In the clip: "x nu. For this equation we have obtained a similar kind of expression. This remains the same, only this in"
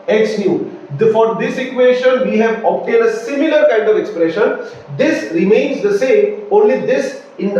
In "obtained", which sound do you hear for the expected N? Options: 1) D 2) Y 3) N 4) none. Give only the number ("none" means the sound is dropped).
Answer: 4